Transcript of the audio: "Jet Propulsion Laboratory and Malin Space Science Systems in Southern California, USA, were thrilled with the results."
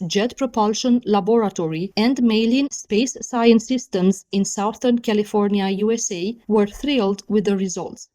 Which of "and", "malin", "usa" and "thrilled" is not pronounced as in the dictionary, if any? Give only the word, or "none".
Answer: none